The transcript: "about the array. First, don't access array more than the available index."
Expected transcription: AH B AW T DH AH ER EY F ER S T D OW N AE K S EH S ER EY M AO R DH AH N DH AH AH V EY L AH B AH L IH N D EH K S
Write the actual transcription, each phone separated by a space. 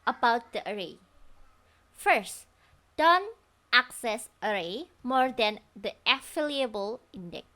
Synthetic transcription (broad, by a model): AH B AW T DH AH ER EY F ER S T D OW N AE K S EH S ER EY M AO R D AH N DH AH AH F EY L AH B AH L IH N D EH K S